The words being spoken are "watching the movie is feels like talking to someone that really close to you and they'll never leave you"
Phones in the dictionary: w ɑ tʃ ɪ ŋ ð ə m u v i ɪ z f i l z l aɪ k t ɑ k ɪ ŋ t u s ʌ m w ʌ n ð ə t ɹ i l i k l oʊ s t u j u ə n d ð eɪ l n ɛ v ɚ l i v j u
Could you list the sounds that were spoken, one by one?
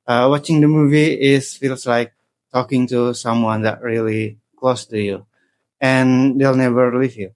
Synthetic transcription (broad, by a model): w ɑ tʃ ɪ ŋ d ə m u v i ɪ s f i l s l aɪ k t ɑ k ɪ ŋ t u s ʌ m w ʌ n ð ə t ɹ i l i k l oʊ s t u j u ə n d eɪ l n ɛ v ɚ l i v j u